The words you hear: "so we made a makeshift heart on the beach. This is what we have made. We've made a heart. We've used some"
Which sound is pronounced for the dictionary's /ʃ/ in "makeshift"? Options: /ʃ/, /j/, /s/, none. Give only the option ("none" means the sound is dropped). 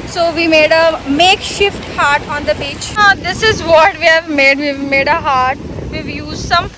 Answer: /ʃ/